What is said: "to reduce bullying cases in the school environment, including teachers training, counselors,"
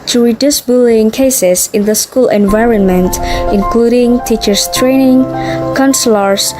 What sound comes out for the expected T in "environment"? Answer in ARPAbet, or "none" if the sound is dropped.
T